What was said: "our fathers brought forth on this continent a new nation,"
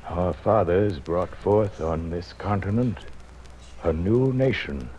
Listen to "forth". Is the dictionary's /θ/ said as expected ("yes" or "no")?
yes